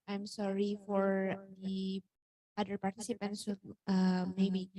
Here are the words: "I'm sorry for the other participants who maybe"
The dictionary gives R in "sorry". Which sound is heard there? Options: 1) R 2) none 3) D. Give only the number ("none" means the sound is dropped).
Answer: 1